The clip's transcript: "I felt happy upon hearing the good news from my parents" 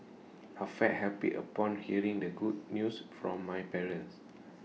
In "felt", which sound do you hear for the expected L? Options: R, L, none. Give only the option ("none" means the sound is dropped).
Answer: none